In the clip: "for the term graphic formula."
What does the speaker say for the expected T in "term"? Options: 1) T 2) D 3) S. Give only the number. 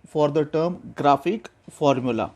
1